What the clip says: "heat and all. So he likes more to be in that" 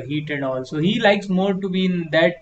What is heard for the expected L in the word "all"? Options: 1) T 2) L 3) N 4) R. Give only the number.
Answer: 2